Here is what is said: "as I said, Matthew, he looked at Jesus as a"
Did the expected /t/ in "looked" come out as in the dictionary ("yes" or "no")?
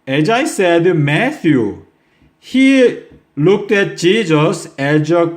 yes